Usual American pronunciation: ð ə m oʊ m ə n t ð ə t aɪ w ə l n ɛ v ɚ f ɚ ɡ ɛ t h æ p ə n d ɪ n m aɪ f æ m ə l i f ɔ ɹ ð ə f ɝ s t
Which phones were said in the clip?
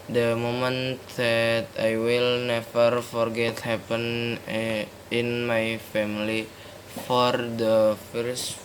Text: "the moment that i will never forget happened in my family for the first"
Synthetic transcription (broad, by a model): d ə m oʊ m ə n t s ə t aɪ w ə l n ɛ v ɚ f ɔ ɡ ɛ t h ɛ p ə n ɪ n m aɪ f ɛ m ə l i f ɔ ɹ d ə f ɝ s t